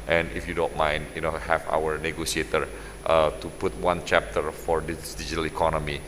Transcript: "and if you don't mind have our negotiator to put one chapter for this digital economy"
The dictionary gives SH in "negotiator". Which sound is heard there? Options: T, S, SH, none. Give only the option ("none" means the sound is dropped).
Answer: S